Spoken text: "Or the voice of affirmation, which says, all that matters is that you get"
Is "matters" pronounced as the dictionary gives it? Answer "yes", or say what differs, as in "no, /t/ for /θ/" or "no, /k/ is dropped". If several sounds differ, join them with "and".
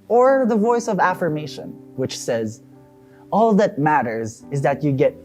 yes